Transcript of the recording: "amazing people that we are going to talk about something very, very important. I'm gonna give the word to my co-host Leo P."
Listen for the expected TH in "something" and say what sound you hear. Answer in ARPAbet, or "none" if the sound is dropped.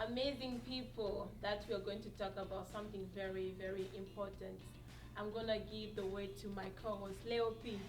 TH